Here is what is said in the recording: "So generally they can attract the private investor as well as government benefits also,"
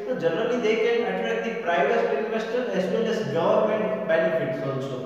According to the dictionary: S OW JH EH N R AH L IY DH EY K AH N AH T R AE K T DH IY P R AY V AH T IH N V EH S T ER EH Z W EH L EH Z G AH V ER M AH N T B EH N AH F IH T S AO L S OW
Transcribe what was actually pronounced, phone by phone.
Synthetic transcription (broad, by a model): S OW JH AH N R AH L IY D EY K AH N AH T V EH T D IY P R AY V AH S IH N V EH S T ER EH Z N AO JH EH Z G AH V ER M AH N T B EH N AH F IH T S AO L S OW